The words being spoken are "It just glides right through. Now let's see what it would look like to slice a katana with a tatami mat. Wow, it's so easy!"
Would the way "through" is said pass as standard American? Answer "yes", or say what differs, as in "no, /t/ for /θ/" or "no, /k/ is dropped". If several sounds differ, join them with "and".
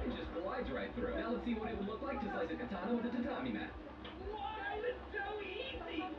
no, /f/ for /θ/